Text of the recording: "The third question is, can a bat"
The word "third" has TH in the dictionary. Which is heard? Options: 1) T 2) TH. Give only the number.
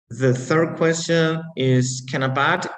2